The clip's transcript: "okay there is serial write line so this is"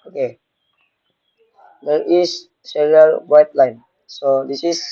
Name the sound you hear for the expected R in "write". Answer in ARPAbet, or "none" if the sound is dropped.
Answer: W